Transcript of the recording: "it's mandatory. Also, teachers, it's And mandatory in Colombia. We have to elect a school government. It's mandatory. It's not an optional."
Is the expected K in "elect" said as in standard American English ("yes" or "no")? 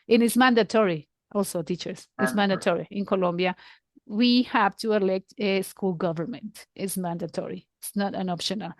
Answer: yes